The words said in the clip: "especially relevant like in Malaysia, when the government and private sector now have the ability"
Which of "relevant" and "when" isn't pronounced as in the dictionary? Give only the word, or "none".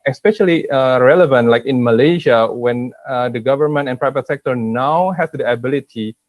none